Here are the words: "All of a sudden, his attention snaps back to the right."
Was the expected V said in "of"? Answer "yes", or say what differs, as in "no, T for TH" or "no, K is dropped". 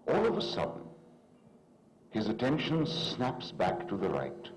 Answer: yes